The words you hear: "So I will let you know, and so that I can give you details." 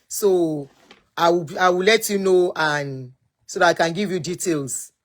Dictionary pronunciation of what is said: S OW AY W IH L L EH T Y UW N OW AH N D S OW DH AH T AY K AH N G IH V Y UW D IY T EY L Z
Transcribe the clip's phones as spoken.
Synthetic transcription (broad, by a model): S OW AY W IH W L EH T Y UW N OW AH N S OW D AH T AY K AH N G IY V Y UW D IY T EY L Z